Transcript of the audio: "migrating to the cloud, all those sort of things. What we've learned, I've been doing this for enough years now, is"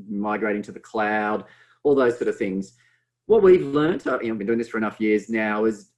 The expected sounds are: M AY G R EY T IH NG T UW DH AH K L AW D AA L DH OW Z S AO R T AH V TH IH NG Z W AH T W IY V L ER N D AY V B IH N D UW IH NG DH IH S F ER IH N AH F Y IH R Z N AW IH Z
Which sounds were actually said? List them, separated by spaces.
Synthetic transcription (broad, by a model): M AY G R EY T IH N T UW DH AH K L AW D AA L DH OW Z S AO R T AH V TH IH NG Z W AH T W IY V L ER N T AY V B IH N D UW IH NG DH IH S F ER IH N AH F Y IH R Z N AW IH Z